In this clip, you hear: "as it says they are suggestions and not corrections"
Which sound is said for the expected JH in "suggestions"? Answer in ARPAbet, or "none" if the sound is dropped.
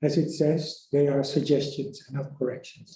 JH